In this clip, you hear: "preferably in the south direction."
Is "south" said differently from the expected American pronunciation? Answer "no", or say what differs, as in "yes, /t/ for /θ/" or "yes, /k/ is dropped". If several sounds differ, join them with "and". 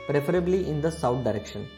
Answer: yes, /t/ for /θ/